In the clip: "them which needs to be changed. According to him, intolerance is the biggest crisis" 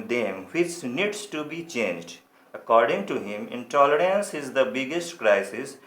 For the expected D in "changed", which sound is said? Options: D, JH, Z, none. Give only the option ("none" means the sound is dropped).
D